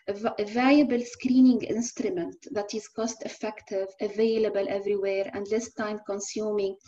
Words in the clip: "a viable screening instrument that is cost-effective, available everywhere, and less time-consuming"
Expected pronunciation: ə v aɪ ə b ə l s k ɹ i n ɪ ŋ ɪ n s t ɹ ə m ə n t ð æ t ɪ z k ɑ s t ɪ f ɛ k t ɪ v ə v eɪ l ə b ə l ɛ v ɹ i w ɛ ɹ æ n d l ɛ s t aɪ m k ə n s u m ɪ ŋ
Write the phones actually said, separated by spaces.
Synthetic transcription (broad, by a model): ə v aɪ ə b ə l s k ɹ i n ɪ ŋ ɪ n s t ɹ ə m ə n t ð æ t ɪ z k ɑ s t ɪ f ɛ k t ɪ v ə v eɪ l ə b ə l ɛ v ɹ i w ɛ ɹ æ n d l ɛ s t aɪ m k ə n s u m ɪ ŋ